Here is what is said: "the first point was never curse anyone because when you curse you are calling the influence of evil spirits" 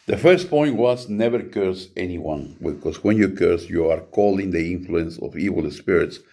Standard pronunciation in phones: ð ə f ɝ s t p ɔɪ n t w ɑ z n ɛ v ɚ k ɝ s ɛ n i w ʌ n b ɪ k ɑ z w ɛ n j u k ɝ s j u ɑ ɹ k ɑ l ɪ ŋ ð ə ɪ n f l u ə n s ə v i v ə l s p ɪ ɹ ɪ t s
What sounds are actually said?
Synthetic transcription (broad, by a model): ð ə f ɝ s t p ɔɪ n t w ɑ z n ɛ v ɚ k ɝ s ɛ n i w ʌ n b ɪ k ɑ s w ɛ n j u k ɝ s j u ɑ ɹ k ɑ l ɪ ŋ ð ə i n f l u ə n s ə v i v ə l s p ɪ ɹ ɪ t s